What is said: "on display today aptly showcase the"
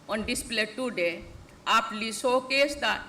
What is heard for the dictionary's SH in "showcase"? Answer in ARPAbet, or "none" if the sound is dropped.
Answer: S